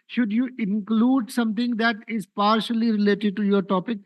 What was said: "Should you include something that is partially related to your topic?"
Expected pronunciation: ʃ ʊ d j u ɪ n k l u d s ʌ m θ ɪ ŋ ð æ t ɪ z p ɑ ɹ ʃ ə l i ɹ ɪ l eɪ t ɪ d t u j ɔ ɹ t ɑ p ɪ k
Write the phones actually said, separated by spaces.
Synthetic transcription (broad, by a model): ʃ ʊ d j u ɪ n k l u d s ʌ m t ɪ ŋ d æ t ɪ z p ɑ ɹ ʃ ə l i ɹ ɪ l eɪ t ɪ d t u j ɔ ɹ t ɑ p ɪ k